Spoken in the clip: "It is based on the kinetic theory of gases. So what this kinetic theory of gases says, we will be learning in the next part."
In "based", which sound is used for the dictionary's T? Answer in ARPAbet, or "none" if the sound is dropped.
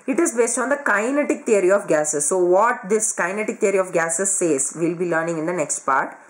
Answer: T